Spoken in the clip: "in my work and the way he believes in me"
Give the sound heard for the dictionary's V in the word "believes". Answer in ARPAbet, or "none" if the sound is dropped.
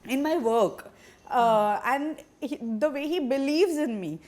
V